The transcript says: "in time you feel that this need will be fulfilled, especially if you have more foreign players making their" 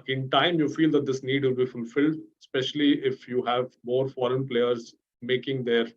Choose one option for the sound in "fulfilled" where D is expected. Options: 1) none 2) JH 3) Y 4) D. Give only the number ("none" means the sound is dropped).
4